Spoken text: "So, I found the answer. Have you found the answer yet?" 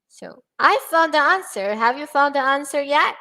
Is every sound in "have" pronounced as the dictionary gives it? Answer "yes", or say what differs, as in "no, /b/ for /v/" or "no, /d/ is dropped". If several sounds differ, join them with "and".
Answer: yes